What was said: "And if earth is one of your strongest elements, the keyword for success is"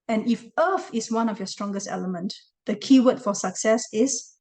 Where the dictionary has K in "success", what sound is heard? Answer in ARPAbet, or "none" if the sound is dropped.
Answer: K